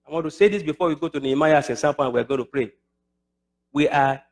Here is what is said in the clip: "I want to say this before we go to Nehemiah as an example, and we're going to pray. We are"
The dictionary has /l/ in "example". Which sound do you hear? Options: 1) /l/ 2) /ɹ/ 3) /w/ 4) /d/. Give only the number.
3